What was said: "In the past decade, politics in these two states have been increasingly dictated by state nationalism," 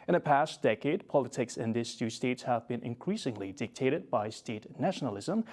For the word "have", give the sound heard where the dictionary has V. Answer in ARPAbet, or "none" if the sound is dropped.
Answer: V